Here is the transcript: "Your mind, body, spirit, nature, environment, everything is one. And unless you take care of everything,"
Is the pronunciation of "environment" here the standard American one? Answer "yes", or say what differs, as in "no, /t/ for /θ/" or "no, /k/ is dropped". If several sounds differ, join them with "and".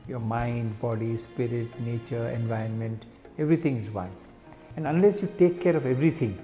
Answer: no, /ɹ/ is dropped